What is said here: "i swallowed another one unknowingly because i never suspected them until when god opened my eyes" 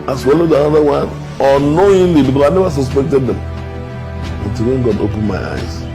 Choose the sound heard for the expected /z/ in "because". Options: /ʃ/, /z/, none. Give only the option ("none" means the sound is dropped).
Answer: none